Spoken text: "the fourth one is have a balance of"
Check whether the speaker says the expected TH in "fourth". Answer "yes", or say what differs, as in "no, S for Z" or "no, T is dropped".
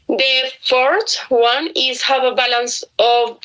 no, T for TH